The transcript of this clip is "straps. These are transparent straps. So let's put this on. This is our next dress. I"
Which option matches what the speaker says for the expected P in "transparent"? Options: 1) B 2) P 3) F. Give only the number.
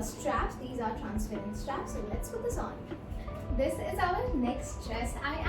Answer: 3